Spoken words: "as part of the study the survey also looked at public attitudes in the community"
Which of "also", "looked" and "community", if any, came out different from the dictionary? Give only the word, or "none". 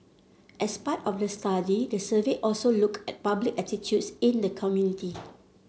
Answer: looked